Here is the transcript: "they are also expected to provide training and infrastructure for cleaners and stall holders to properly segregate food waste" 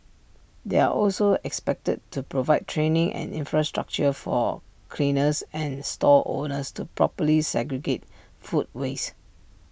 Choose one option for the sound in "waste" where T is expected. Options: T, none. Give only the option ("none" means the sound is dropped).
none